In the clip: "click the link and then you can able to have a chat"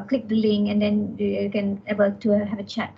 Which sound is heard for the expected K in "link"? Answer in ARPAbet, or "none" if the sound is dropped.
none